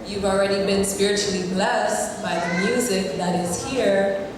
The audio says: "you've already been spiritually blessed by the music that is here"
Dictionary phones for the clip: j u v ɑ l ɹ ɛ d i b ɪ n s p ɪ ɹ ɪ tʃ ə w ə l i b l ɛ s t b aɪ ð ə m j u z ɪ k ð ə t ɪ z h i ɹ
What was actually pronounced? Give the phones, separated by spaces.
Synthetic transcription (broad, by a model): j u v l ɹ ɛ d i b ɪ n s p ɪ ɹ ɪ tʃ l i b l ɛ s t b aɪ ð ə m j u z ɪ k ð ə t ɪ z h i ɹ